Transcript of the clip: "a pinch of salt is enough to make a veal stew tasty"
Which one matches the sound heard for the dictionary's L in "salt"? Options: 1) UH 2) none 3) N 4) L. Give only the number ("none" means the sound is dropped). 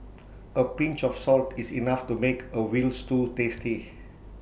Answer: 4